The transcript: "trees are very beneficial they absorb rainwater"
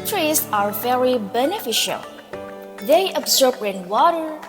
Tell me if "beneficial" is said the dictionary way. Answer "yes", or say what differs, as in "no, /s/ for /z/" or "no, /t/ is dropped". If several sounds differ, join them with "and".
yes